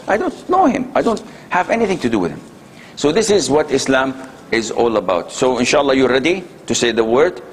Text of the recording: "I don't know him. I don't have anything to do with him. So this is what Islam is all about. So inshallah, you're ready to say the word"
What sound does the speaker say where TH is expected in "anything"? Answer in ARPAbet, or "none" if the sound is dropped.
TH